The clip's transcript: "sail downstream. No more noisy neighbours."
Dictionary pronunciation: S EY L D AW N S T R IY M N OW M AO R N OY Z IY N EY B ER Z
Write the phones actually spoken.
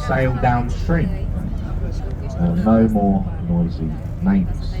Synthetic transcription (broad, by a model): S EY L D AW N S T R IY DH N OW M AO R N OY Z IY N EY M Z